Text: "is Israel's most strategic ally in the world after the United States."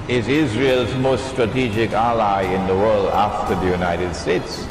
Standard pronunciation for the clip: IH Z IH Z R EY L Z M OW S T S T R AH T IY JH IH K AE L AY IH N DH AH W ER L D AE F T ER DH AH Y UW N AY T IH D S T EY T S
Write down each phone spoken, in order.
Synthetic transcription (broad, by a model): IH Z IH Z R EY L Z M OW S T S T R AH T IY JH IH K AE L AY IH N DH AH W ER L D AE F T ER DH AH Y UW N AY T IH D S T EY T S